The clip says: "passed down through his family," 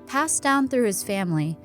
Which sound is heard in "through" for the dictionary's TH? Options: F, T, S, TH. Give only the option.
TH